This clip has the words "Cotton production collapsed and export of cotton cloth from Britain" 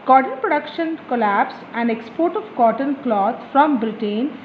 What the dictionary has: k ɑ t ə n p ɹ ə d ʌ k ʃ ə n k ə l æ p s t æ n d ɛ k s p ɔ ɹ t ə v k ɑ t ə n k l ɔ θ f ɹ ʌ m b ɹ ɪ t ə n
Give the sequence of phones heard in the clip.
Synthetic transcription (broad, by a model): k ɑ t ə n p ɹ ə d ʌ k ʃ ə n k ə l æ p s æ n d ɛ k s p ɔ ɹ t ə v k ɑ t ə n k l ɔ t f ɹ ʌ m b ɹ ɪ t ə n